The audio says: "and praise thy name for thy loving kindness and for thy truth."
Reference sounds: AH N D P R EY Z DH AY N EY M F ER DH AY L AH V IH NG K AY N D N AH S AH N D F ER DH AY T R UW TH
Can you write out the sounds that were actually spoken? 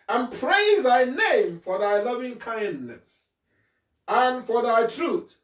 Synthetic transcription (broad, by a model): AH N P R EY Z DH AY N EY M F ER DH AY L AH V IH NG K AY N D N AH S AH N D F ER DH AY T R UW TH